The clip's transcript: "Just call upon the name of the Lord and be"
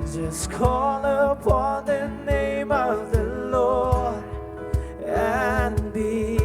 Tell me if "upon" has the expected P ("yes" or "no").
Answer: yes